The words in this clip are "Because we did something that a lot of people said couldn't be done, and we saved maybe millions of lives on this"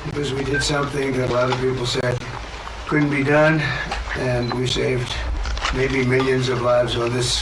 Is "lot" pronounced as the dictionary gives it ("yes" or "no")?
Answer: yes